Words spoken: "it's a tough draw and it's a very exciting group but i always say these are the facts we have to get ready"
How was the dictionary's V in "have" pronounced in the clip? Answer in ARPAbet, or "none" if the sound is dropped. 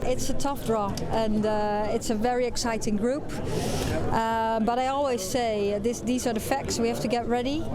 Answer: F